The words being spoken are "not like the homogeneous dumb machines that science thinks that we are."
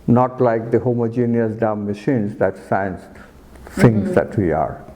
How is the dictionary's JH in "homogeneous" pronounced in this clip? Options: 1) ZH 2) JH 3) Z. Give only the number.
2